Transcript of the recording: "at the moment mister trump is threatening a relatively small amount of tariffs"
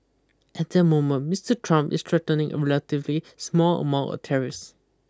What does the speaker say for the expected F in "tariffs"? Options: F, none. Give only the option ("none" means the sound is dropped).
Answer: none